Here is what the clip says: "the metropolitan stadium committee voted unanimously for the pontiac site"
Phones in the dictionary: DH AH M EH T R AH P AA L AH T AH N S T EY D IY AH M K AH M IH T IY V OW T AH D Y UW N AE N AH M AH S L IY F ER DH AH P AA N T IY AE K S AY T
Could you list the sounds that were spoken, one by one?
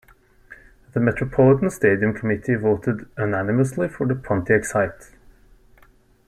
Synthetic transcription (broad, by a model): DH AH M EH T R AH P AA L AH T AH N S T EY D IY AH M K AH M IH T IY V OW T AH D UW N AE N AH M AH S L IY F ER DH AH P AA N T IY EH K S AY T